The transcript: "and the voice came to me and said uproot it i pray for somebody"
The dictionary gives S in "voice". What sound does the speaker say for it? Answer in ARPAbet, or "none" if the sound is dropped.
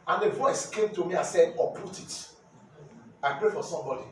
S